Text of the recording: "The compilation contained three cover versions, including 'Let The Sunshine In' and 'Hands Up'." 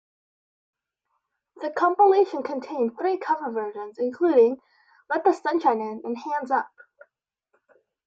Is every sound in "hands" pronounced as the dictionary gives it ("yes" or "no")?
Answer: yes